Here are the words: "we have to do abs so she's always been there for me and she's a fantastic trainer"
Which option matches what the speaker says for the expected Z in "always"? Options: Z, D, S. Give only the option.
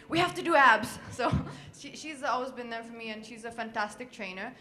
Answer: Z